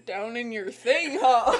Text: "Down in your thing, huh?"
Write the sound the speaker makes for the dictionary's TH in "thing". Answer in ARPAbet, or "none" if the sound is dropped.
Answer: TH